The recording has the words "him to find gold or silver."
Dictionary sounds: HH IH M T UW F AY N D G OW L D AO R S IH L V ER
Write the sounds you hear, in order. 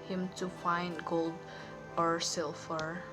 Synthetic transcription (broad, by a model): HH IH M T UW F AY N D G OW L D AO R S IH L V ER